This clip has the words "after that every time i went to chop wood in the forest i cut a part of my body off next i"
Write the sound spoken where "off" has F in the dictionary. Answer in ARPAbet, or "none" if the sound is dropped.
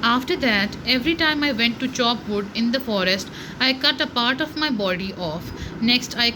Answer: F